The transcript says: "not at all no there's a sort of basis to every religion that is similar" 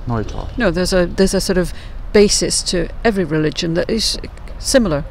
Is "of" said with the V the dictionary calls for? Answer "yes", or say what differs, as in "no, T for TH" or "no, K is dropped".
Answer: yes